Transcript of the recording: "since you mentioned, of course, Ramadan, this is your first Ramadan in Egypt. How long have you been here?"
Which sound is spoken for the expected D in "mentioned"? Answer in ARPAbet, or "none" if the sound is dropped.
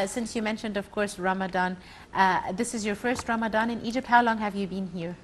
D